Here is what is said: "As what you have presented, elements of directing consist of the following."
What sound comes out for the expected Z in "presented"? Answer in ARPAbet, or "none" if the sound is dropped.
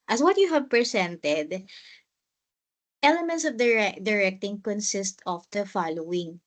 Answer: S